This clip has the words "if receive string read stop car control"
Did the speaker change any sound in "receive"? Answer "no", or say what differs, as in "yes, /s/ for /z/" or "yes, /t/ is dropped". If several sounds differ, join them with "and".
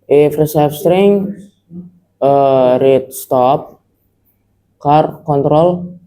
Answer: yes, /f/ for /v/